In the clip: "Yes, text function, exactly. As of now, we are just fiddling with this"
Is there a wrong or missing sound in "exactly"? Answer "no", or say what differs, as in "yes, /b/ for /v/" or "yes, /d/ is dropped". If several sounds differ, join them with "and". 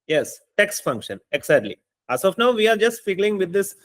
yes, /k/ is dropped